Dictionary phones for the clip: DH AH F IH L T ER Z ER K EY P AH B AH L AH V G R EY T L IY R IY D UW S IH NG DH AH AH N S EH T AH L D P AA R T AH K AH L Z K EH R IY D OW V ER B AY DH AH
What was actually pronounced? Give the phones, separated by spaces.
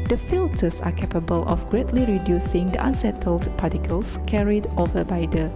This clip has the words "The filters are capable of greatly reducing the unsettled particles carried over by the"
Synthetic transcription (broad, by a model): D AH F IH L T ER S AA K EY P AH B AH L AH F G R EY T L IY R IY D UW S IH NG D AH AH N S EH T AH L D P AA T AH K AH L S K EH R IY D OW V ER B AY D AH